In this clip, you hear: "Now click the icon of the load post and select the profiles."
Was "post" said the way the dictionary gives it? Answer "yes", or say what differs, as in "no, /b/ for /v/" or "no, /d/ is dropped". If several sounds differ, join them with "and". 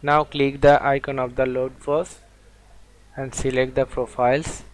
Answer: no, /t/ is dropped